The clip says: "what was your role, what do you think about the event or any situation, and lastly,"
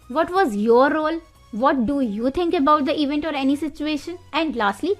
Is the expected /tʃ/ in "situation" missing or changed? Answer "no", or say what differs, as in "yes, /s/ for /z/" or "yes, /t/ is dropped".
no